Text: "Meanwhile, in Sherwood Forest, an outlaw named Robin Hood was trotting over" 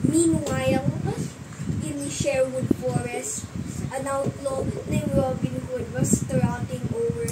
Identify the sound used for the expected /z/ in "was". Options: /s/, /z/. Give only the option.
/s/